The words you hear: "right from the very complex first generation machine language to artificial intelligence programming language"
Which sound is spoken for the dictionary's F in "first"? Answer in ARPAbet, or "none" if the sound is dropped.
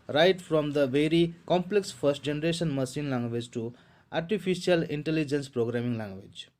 P